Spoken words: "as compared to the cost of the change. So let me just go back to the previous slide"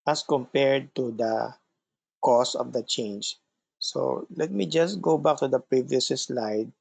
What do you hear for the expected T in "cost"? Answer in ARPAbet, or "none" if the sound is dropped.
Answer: none